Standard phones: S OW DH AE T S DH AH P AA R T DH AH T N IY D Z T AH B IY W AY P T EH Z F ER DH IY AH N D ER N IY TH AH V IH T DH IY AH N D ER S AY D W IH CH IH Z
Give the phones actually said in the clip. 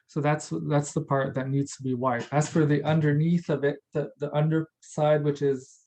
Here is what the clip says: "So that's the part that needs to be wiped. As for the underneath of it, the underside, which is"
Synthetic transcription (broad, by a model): S OW DH AE T S DH AH P AA R T DH AH T N IY D Z T AH B IY W AY T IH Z F ER DH IY AH N D ER N IY TH AH V IH T DH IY AH N D ER S AY D W IH CH IH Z